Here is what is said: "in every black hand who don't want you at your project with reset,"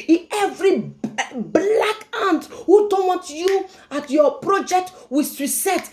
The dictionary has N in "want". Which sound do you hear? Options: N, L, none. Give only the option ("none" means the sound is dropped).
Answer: none